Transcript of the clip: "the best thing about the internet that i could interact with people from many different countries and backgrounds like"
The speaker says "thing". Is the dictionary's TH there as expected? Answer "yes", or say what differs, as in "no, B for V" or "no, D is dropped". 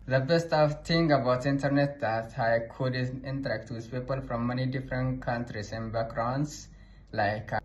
no, F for TH